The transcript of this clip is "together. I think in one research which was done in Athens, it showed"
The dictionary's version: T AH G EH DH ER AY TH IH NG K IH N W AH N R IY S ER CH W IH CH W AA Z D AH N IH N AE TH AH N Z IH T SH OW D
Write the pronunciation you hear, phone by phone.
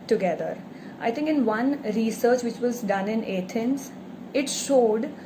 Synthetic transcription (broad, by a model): T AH G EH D ER AY T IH NG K IH N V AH N R IY S ER CH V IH CH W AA Z D AH N IH N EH T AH N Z IH T SH OW D